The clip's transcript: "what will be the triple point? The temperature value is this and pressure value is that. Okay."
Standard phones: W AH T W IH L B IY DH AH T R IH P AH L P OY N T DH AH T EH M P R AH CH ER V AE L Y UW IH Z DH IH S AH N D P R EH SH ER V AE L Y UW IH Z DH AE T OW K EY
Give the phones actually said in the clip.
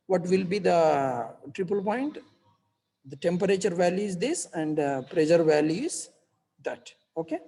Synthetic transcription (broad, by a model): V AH T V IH L B IY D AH T R IH P AH L P OY N T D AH T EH M P R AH CH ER V AE L Y UW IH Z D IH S AH N D P R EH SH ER V AE L Y UW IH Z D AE T OW K EY